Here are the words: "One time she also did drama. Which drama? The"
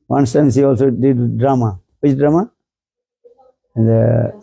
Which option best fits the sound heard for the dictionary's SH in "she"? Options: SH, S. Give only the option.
S